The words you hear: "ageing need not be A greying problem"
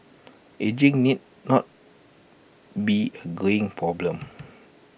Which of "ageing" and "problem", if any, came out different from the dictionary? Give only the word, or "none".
none